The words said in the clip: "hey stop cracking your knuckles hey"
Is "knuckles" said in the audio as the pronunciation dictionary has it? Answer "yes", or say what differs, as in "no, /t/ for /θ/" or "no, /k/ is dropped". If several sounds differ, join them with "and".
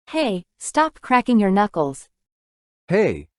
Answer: yes